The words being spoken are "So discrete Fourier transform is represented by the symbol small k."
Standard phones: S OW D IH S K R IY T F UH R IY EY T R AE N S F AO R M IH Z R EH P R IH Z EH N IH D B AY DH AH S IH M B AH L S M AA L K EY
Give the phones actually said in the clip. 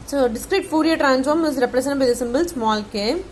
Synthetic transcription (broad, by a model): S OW D IH S K R IY T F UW R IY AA T R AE N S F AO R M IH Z R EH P R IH S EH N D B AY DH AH S IH M B AH L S M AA L K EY